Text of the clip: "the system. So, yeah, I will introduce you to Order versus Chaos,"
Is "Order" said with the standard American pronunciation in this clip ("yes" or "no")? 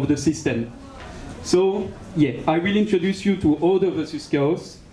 no